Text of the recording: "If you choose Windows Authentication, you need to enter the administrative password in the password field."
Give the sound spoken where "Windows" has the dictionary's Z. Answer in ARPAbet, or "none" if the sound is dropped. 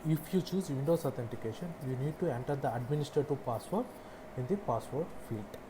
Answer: S